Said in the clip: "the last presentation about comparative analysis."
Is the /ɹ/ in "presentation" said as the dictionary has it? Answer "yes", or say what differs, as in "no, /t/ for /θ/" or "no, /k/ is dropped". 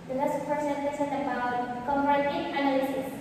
no, /ɹ/ is dropped